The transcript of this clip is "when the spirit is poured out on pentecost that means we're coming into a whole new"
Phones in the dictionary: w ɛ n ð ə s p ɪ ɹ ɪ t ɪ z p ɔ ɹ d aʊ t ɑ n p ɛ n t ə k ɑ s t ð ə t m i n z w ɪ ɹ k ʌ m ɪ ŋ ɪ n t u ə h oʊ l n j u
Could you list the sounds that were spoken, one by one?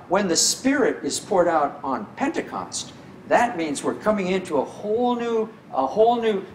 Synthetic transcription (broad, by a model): w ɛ n ð ə s p ɪ ɹ ɪ t ɪ z p ɔ ɹ d aʊ t n p ɛ n t ə k ɑ s t ð ə t m i n z w ɪ ɹ k ʌ m ɪ ŋ ɪ n t u ə h oʊ l n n u